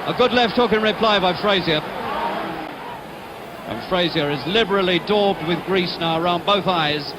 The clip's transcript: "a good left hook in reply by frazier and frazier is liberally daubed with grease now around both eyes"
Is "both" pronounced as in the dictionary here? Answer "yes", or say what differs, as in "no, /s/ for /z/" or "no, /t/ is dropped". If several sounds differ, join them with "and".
yes